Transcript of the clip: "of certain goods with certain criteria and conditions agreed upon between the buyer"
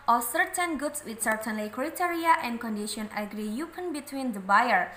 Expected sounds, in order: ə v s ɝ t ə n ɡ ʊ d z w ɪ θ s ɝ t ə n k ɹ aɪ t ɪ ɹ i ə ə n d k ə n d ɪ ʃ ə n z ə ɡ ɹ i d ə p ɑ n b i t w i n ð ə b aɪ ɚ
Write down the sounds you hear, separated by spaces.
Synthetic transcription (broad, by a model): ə s ɝ t ə n ɡ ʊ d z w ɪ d s ɝ t ə n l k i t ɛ ɹ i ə ə n d k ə n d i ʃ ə n ə ɡ ɹ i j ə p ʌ n b i t w i n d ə b aɪ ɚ